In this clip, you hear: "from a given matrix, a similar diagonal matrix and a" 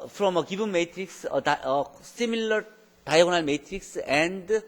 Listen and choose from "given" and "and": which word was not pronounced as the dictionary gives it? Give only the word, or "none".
given